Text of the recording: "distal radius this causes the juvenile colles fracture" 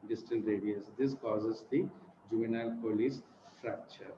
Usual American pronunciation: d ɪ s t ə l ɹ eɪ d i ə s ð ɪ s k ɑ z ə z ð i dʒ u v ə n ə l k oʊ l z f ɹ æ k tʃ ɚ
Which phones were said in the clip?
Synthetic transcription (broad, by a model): d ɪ s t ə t ɹ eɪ d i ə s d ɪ s k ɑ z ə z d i dʒ u v ə n ə l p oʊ l s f ɹ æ k tʃ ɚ